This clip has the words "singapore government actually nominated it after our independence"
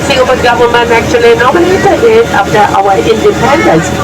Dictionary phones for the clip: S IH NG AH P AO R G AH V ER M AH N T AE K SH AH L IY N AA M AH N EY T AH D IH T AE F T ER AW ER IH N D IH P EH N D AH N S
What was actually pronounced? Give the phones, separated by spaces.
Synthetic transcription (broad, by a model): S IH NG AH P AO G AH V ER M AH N AE K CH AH L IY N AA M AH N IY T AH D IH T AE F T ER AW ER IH N D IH P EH N D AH N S